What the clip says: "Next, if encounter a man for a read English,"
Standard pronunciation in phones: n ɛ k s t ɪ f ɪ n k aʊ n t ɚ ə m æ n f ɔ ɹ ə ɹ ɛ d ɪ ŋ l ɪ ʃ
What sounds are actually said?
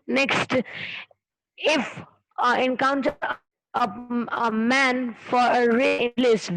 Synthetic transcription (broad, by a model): n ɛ k s t ɪ f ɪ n k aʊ n t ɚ ə m æ n f ɔ ɹ ə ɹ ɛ ɪ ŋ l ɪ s